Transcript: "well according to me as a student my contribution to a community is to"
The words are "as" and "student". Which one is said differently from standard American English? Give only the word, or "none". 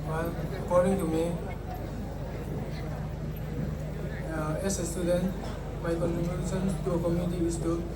as